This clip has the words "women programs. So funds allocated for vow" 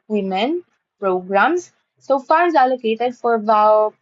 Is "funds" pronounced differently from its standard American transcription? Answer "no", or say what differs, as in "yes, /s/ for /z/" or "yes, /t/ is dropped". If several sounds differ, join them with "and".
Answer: yes, /n/ is dropped